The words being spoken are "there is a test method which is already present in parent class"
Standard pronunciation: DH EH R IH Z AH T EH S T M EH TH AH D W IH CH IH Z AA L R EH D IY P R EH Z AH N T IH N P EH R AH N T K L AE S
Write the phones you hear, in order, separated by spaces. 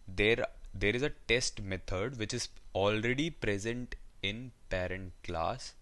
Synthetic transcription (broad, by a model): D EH R IH Z AH T EH S T M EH T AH D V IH CH IH Z AA L R EH D IY P R EH Z AH N T IH N P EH R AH N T K L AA S